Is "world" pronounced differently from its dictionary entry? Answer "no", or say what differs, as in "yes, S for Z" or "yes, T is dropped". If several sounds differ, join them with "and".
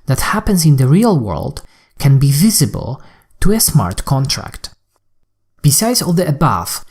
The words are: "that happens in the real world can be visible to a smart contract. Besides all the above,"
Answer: no